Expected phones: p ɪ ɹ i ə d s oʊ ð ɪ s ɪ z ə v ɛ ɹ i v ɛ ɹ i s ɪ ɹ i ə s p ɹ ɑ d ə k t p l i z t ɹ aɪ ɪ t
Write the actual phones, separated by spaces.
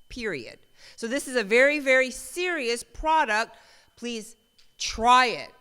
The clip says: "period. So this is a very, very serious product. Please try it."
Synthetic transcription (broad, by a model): p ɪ ɹ i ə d s oʊ ð ɪ s ɪ z ə v ɛ ɹ i v ɛ ɹ i s ɪ ɹ i ə s p ɹ ɑ d ə k t p l i z t ɹ aɪ ɪ t